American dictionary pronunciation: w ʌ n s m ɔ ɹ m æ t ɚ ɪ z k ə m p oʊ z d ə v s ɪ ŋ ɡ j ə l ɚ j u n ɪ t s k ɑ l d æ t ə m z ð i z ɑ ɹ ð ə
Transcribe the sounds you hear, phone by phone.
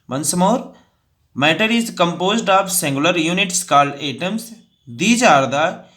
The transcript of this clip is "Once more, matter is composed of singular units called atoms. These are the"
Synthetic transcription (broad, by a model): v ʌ n s m ɔ ɹ m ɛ t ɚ ɪ z k ə m p oʊ z d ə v s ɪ ŋ ɡ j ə l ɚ j u n ɪ t s k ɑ l ɛ t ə m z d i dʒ ɑ ɹ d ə